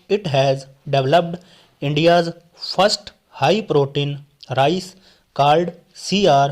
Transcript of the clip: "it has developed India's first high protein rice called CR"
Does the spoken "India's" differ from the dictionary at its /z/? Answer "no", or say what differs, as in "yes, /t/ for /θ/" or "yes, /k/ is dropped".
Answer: no